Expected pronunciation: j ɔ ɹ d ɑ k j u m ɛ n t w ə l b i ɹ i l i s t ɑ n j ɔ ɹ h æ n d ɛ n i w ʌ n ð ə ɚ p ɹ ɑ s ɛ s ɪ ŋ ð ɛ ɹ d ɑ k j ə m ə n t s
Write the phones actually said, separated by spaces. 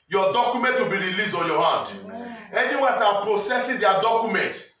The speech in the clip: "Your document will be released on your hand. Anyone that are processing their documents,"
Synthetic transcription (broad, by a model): j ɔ d ɑ k j u m ɛ n t w ə l b i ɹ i l i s ɑ n j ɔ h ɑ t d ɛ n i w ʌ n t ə p ɹ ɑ s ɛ s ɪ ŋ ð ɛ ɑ d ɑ k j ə m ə n t